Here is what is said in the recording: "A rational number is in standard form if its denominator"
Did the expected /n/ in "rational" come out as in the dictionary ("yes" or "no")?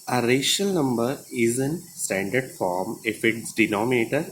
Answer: no